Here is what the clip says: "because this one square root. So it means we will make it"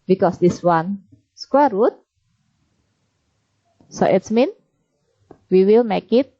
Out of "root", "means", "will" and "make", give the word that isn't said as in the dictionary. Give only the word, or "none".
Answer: means